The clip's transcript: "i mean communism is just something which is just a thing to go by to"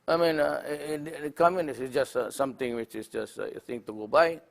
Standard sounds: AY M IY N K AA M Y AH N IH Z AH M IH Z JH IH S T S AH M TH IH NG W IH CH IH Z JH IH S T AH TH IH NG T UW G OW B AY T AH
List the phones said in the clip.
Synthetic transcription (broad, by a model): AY M IY N K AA M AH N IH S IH S JH IH S T S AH M T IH NG W IH CH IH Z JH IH S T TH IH NG T UW G OW B AY